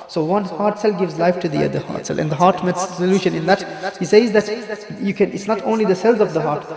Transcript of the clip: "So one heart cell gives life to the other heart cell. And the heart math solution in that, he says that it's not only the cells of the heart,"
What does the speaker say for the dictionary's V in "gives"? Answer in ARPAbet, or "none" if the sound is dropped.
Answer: V